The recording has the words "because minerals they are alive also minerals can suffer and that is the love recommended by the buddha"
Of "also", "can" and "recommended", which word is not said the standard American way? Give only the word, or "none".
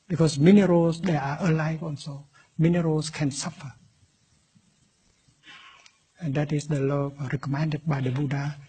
also